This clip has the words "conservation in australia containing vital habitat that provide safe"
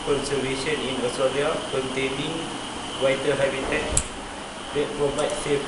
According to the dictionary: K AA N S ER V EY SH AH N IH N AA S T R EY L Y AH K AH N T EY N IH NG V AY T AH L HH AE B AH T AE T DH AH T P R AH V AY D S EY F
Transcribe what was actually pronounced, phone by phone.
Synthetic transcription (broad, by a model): K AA N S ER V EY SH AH N IH N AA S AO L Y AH K AH N T EY N IH NG W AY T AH HH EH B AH T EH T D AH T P R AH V AY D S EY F